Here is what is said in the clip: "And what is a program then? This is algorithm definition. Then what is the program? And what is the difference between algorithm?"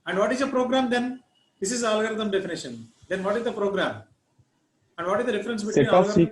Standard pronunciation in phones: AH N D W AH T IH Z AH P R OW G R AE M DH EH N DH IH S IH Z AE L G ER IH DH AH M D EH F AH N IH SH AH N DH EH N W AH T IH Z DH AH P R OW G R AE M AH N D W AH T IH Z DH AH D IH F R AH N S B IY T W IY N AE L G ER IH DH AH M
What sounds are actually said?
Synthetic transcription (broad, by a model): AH N D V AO T IH Z AH P R OW G R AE M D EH N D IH S IH Z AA L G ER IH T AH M D EH F AH N IH SH AH N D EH N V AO T IH Z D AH P R OW G R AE M AH N D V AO T IH Z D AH D IH F R AH N S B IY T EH IY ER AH